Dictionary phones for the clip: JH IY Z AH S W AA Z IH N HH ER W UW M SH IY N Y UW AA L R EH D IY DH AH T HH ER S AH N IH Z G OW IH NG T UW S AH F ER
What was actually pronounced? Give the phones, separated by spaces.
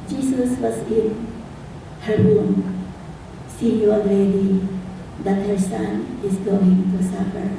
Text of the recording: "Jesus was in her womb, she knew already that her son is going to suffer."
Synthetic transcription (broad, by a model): JH IY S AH S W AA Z IH N HH ER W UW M S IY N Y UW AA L EH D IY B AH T HH ER S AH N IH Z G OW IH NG T UW S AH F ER